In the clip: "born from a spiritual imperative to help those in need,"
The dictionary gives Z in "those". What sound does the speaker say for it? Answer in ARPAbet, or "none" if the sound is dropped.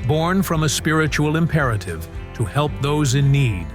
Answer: Z